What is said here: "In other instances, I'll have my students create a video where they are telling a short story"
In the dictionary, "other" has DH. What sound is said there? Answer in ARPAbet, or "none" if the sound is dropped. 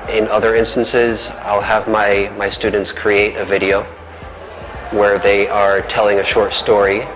DH